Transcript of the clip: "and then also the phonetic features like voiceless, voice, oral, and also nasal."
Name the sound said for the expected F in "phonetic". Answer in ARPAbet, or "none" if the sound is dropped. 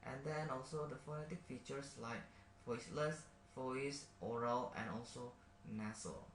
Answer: F